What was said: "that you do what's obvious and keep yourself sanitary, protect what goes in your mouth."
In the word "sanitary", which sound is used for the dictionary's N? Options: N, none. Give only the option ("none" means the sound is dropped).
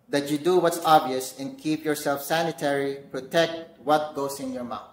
N